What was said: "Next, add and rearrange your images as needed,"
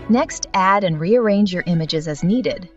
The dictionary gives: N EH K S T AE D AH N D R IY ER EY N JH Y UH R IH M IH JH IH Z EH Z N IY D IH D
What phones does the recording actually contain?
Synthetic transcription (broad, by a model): N EH K S T AE D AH N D R IY ER EY N JH Y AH R IH M IH JH IH Z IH Z N IY D IH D